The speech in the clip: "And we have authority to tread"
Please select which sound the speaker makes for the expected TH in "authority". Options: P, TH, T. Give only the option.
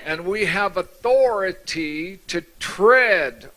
TH